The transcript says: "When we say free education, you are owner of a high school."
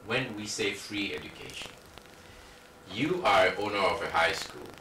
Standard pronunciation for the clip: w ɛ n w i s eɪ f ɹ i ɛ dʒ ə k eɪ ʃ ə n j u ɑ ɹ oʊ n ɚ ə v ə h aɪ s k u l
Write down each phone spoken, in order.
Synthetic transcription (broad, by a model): w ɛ n w i s eɪ f ɹ i ɛ dʒ ə k eɪ ʃ ə n j u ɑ ɹ oʊ n ɚ ə v ə h aɪ s k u l